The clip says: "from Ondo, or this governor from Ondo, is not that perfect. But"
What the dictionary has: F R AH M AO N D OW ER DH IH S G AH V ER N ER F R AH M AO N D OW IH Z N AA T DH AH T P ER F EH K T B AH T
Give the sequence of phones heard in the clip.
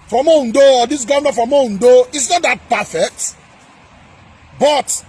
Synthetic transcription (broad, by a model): F R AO M AO N D OW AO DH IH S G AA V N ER F R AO M AO N D OW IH S N AA T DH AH T P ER F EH K T B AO T